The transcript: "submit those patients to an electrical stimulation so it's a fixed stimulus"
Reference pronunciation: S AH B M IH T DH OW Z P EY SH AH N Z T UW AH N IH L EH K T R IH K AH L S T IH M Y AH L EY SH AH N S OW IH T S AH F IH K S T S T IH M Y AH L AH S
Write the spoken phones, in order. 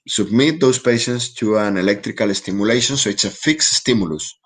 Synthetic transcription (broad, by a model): S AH B M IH T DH OW S P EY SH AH N S T UW AH N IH L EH K T R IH K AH L S T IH M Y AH L EY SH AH N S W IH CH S AH F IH K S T S T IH M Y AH L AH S